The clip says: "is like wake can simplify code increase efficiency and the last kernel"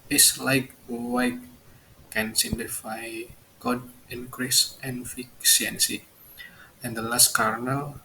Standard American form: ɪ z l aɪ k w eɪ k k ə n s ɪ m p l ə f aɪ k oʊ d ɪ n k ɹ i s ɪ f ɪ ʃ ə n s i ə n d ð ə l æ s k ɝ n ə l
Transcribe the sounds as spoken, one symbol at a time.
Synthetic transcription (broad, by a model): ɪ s l aɪ k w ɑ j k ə n s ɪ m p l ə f aɪ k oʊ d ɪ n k ɹ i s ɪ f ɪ s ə n s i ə n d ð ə l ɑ s k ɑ n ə l